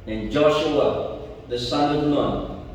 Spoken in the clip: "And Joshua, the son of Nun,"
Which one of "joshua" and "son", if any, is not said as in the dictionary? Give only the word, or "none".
none